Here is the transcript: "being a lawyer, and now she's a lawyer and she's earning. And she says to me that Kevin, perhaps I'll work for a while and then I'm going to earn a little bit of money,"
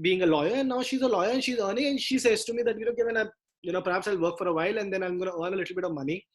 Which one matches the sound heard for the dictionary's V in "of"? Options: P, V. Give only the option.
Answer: V